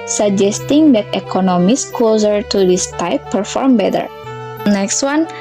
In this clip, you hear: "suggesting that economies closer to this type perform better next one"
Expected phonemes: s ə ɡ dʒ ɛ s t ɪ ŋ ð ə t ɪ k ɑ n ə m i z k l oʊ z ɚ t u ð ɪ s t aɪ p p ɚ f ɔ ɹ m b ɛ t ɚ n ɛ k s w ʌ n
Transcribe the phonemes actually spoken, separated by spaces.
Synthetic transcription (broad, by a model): s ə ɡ dʒ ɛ s t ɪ ŋ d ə t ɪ k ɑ n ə m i s k oʊ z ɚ t u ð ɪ s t aɪ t p ɚ f ɔ ɹ m b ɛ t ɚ n ɛ k s w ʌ n